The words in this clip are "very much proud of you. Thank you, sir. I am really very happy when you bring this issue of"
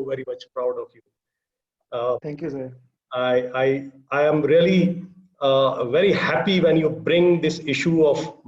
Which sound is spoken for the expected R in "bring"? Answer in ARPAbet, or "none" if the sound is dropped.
R